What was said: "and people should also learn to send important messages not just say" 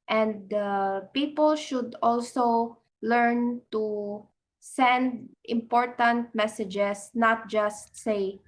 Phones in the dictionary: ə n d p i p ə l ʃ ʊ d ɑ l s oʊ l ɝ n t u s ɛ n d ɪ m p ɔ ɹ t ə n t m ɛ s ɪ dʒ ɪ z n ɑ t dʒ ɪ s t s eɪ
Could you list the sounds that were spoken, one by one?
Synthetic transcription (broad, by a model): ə n d p i p ə l ʃ ʊ d ɑ l s oʊ l ɝ n t u s ɛ n d ɪ m p ɔ ɹ t ə n t m ɛ s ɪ dʒ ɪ s n ɑ t dʒ ɪ s t s eɪ